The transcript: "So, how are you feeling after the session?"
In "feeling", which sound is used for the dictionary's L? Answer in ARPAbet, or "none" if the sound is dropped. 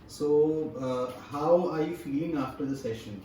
none